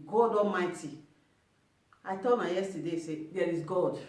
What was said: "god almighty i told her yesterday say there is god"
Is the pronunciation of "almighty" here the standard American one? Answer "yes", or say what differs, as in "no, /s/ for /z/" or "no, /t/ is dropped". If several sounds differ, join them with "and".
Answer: no, /l/ is dropped